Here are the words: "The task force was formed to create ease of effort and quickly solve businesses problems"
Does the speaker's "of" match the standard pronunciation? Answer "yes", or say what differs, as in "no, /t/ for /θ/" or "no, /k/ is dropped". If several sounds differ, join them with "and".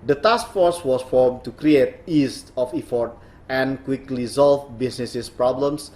no, /f/ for /v/